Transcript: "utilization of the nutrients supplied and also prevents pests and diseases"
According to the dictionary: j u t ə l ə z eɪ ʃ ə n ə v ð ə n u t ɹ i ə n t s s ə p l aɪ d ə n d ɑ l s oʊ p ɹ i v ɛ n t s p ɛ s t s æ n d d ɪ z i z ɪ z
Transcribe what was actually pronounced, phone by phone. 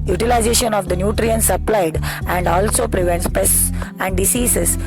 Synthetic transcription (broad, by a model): j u t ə l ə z eɪ ʃ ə n ə v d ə n u t ɹ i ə n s s ə p l aɪ d ə n d ɑ l s oʊ p ɹ i v ɛ n t s p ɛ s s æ n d d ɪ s i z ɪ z